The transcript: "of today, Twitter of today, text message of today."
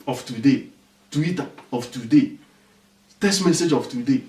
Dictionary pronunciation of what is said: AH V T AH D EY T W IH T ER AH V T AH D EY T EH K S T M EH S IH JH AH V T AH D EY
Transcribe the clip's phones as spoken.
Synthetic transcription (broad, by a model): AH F T AH D EY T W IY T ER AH F T AH D EY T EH S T M EH S IH JH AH F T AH D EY